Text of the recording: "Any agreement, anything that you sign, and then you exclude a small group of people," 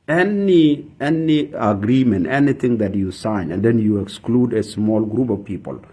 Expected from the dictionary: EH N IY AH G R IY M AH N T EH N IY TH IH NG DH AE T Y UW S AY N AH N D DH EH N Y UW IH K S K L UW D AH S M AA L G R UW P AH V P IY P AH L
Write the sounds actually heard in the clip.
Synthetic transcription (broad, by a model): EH N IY AH G R IY M AH N T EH N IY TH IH NG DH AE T Y UW S AY N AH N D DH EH N Y UW IH K S K L UW D AH S M AA L G R UW P AH V P IY P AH L